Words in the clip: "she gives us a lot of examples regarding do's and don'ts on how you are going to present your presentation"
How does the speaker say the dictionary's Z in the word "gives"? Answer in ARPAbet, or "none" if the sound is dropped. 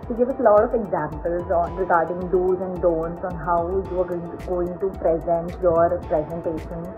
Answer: none